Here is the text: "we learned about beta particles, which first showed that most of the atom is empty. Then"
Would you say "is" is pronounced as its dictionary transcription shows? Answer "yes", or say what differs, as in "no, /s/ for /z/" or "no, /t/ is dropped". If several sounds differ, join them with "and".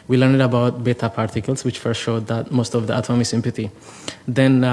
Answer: no, /s/ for /z/